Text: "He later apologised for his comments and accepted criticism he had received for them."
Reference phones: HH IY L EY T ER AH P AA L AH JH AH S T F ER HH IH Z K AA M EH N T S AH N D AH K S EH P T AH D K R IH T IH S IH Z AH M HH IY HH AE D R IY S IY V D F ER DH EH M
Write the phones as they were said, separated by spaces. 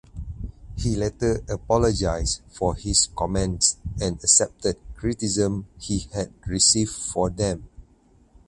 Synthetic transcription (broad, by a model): HH IY L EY T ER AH P AA L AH JH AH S F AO HH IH S K AA M EH N T S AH N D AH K S EH P T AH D K R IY T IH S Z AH M HH IY HH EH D R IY S IY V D F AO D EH M